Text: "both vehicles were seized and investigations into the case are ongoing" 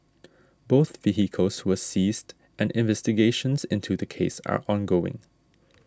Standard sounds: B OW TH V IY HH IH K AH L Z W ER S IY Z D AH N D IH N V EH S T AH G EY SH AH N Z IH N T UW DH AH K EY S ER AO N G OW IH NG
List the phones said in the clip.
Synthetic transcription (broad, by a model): B OW TH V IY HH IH K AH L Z W ER S IY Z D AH N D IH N V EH S T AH G EY SH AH N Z IH N T UW DH AH K EY S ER AO N G OW IH NG